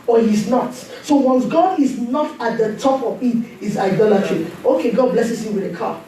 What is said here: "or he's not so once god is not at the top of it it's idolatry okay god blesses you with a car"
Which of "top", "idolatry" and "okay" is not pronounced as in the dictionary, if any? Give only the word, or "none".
none